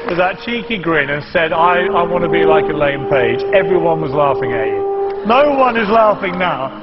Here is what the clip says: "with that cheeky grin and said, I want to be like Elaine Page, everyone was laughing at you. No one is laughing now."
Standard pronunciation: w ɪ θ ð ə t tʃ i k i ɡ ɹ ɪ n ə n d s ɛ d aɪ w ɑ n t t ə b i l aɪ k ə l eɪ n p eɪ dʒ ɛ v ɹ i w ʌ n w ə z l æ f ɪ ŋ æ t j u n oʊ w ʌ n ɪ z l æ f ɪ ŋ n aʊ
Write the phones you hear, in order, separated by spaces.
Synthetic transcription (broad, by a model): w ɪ ð ə t tʃ i k i ɡ ɹ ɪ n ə n s ɛ d aɪ w ɑ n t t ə b i l aɪ k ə l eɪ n p eɪ dʒ ɛ v ɹ i w ʌ n w ə z l æ f ɪ ŋ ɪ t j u n oʊ w ʌ n ɪ z l æ f ɪ ŋ n aʊ